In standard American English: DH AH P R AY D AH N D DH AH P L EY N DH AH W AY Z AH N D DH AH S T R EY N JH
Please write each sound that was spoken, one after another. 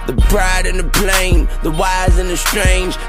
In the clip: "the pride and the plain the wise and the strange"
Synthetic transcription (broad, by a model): DH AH B R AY D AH N DH AH P L EY N DH AH W AY Z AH N DH AH S T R EY N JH